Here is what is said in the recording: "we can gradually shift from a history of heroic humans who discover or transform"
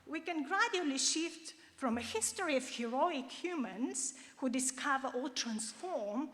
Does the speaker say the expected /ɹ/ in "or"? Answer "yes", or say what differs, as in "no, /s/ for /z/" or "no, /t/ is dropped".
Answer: no, /l/ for /ɹ/